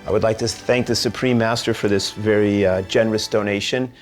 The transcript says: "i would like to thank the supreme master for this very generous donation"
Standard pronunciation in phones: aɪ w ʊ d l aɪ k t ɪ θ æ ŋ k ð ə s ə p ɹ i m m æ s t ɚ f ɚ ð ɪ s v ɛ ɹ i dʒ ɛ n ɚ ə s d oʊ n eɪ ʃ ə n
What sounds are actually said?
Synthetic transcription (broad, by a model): aɪ w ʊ d l aɪ k t ɪ θ æ ŋ k ð ə s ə p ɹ i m m æ s t ɚ f ɚ ð ɪ s v ɛ ɹ i dʒ ɛ n ɚ ə s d oʊ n eɪ ʃ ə n